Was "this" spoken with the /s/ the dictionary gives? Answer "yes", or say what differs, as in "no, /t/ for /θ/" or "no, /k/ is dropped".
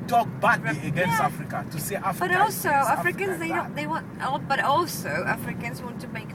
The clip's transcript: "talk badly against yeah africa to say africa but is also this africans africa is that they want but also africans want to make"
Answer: no, /s/ is dropped